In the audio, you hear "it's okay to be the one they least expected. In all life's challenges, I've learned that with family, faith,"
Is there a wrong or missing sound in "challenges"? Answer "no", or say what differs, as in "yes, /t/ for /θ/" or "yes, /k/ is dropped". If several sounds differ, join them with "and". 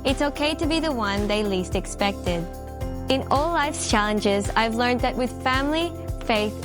no